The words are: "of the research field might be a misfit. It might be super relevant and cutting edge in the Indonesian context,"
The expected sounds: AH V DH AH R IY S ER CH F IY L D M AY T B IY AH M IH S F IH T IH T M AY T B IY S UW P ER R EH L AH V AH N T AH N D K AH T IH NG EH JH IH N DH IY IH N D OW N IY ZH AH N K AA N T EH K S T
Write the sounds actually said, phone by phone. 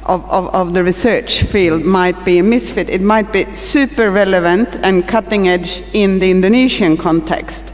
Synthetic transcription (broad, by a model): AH V DH AH R IY S ER CH F IY L D M AY T B IY AH M IH S F IH T IH T M AY T B IY S UW P ER R EH L AH V AH N T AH N K AH T IH NG EH JH IH N DH IY IH N D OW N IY SH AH N K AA N T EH K S T